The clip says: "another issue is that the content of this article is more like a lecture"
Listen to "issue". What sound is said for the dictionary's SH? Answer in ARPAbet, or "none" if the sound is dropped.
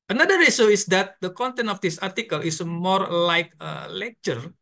S